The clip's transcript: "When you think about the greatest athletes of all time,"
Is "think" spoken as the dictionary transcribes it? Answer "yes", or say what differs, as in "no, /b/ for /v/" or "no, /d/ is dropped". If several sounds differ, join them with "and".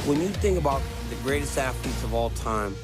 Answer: yes